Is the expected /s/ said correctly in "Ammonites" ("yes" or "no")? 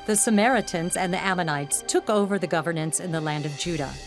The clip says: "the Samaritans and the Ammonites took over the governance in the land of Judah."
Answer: yes